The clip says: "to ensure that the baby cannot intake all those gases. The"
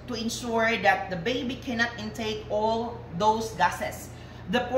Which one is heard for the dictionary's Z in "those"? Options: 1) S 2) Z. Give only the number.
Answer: 1